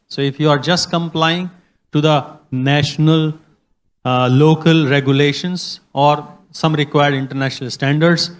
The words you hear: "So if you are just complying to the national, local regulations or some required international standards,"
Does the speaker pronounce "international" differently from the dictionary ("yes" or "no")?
no